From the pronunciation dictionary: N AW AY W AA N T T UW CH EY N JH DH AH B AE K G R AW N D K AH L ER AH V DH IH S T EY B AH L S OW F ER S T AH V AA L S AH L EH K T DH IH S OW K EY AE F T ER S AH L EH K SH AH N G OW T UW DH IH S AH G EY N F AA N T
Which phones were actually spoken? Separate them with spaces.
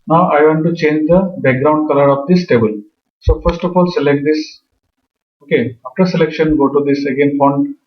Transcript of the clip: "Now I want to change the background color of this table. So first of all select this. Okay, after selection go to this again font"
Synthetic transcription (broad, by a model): N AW AY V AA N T T UW CH EY N JH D AH B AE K G R AW N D K AH L ER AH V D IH S T EY B AH L S OW F ER S T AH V AA L S AH L EH K T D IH S OW K EY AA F T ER S AH L EH K SH AH N G OW T UW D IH S AH G EY N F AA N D